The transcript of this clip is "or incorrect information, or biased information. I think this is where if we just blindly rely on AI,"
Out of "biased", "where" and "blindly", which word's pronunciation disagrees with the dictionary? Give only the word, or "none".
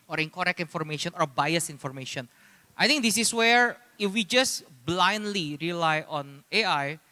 biased